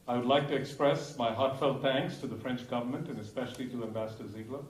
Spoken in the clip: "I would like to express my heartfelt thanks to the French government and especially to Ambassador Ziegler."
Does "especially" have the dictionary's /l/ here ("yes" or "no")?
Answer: yes